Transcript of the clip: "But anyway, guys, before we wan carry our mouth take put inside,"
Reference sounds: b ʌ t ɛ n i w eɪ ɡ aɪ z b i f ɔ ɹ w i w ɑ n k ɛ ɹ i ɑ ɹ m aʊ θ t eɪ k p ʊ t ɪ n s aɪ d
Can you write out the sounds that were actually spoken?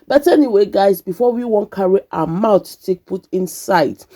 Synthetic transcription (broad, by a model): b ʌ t ɛ n i w eɪ ɡ aɪ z b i f ɔ w i w ɑ n k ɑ ɹ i ɑ m aʊ t t eɪ k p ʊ t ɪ n s aɪ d